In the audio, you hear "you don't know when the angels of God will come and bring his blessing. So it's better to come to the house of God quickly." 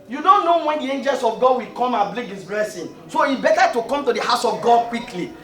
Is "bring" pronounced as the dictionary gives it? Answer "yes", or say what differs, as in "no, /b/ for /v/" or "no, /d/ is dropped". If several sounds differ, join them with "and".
no, /l/ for /ɹ/